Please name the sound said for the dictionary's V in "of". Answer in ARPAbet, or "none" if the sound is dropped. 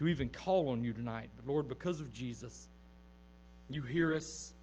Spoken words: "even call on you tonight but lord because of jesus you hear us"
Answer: V